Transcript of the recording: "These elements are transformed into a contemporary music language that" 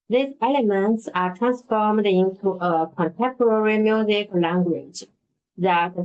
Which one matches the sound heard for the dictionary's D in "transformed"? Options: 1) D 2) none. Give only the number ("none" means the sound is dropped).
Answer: 1